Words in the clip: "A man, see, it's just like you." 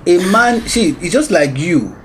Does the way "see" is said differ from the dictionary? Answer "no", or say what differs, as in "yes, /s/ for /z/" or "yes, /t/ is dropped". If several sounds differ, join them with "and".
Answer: yes, /ʃ/ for /s/